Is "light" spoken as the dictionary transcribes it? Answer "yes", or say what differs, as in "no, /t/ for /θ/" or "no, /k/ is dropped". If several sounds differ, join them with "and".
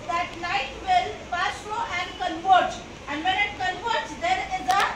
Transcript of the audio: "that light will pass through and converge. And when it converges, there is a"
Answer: no, /n/ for /l/